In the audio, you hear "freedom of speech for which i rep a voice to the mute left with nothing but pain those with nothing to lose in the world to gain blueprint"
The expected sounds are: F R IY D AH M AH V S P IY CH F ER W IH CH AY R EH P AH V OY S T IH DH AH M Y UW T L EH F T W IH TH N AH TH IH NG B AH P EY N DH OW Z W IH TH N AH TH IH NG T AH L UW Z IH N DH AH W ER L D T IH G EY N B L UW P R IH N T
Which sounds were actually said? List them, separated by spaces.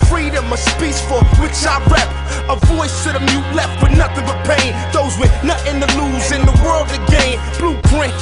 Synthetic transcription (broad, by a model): F R IY D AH M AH S P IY S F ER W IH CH AY R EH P AH V OY S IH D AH M Y UW T L EH F T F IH N AH TH IH NG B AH P EY N DH OW Z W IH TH N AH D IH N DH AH L UW Z IH N DH AH W ER L D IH G EY N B L UW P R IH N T